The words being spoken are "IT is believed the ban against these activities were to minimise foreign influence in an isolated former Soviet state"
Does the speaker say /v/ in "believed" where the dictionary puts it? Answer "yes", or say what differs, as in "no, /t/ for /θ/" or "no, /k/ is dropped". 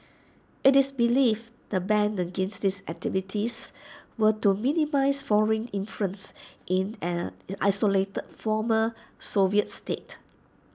no, /f/ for /v/